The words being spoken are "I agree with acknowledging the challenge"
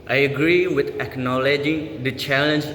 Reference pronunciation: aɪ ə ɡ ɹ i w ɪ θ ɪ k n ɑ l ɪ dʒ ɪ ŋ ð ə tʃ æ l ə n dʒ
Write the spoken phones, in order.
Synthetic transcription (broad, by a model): aɪ ə ɡ ɹ i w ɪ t ɪ k n ɑ l ɪ dʒ ɪ ŋ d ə tʃ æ l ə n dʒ